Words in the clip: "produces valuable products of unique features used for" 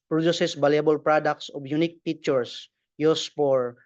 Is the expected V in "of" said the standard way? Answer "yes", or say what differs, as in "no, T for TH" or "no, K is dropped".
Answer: no, B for V